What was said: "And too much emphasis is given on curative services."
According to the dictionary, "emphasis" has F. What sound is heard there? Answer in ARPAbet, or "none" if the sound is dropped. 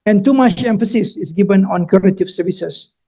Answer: F